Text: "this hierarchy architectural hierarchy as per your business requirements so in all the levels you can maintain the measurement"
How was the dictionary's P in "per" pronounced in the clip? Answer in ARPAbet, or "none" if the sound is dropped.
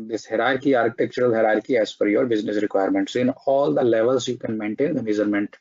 F